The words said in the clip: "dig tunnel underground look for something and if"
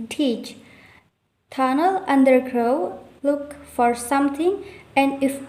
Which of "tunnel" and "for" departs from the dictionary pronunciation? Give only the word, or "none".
none